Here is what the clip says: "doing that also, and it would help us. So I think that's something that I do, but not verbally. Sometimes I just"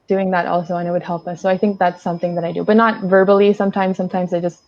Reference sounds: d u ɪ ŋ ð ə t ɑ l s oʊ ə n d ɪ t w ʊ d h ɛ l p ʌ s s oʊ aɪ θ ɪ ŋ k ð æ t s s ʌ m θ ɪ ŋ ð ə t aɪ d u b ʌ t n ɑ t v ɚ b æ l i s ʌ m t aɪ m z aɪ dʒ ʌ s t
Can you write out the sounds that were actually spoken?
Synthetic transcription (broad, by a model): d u ɪ ŋ ð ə t ɑ l s oʊ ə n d ɪ t w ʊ d h ɛ l p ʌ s s oʊ aɪ θ ɪ ŋ k ð æ t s s ʌ m θ ɪ ŋ ð ə t aɪ d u b ʌ t n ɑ t v ɚ b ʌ l i s ʌ m t aɪ m z aɪ dʒ ʌ s t